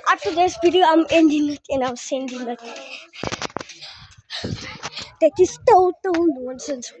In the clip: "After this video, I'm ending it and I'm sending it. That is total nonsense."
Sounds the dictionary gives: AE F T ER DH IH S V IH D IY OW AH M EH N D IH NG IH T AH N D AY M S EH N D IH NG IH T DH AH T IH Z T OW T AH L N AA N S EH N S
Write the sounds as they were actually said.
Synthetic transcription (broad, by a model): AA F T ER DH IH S B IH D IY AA AH M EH N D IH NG IH T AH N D AY M S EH N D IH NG IH T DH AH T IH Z T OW T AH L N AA N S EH N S